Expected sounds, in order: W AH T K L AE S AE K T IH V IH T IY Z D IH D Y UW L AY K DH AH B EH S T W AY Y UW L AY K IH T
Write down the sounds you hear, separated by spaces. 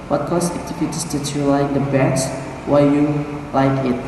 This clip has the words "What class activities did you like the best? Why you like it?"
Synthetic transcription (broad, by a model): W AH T K AO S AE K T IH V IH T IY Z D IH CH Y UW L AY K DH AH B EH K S W AY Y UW L AY K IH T